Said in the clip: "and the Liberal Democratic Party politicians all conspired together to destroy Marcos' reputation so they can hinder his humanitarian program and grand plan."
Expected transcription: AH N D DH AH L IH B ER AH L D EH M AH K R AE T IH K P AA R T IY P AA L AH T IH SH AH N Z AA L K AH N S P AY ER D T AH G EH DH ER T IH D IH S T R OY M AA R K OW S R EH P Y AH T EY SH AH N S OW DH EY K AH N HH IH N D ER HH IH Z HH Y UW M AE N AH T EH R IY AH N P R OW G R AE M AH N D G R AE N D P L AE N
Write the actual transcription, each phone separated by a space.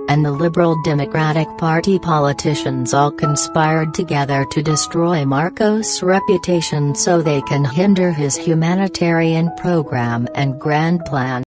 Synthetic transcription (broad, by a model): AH N DH AH L IH B ER L D EH M AH K R AE T IH K P AA R T IY P AA L AH T IH SH AH N Z AA L K AH N S P AY ER D T AH G EH DH ER T IH D IH S T R OY M AA R K OW S R EH P Y AH T EY SH AH N S OW DH EY K AH N HH IH N D ER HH IH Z HH Y UW M AE N AH T EH R IY AH N P R OW G R AE M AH N G R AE N P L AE N